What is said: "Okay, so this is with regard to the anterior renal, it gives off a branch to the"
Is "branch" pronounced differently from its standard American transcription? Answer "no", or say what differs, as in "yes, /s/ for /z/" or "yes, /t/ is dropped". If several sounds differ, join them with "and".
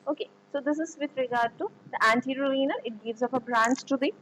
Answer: yes, /s/ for /tʃ/